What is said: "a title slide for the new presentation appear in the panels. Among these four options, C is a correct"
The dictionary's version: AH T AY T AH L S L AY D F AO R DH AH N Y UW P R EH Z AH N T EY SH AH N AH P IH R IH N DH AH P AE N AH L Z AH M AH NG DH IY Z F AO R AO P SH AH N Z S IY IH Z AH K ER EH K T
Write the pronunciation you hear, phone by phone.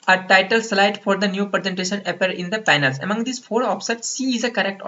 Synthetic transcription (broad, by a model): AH T AY T AH L S L AY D F AO R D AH N Y UW P R EH Z AH N T EY SH AH N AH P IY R IH N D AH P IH N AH L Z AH M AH NG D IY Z F AO R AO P S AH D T S IY IH Z AH K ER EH K T